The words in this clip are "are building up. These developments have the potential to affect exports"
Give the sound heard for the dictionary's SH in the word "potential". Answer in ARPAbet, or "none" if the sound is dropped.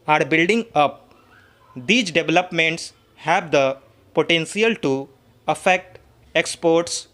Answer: S